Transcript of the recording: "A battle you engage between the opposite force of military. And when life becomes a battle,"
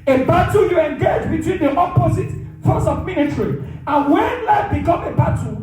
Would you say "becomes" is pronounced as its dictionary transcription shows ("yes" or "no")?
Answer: no